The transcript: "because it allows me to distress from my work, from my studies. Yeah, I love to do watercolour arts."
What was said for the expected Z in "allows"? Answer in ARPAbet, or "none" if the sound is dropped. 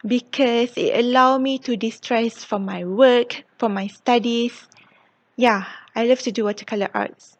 none